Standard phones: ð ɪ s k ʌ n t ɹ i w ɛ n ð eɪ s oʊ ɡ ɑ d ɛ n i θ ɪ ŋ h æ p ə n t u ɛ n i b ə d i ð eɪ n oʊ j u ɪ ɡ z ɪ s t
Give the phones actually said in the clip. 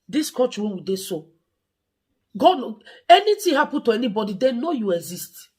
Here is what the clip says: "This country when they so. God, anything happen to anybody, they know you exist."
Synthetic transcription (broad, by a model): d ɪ s k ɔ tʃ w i w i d eɪ s oʊ ɡ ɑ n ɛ n i t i h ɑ p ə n t u ɛ n i b ə d i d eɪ n oʊ j u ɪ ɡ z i s t